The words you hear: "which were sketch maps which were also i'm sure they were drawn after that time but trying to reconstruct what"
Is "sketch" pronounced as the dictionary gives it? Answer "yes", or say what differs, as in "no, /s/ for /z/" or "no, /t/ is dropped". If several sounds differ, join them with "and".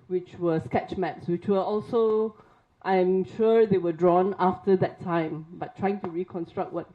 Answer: yes